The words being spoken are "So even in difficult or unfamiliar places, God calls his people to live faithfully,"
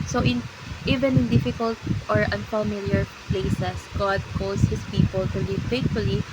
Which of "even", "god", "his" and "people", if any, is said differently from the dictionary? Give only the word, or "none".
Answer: his